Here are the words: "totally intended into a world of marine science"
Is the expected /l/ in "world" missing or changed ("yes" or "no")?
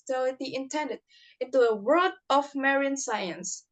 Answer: yes